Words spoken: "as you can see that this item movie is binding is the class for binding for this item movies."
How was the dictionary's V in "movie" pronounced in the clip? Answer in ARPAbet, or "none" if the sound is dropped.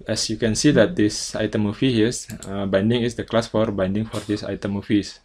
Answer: F